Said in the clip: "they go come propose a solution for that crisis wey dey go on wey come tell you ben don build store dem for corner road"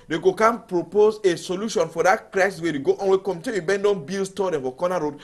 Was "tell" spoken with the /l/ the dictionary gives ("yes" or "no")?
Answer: no